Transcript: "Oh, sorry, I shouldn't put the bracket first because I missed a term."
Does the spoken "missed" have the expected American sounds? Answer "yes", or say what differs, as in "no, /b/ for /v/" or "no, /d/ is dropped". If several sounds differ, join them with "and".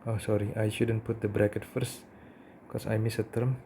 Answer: no, /t/ is dropped